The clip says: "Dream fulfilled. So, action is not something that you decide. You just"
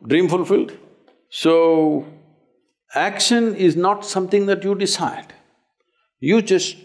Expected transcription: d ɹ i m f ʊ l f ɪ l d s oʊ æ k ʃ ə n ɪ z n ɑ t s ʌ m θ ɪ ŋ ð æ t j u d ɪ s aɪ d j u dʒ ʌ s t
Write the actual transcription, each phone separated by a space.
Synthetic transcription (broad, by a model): d ɹ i m f ʊ l f ɪ l d s oʊ æ k ʃ ə n ɪ z n ɑ t s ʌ m t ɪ ŋ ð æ t j u d ɪ s aɪ d j u dʒ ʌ s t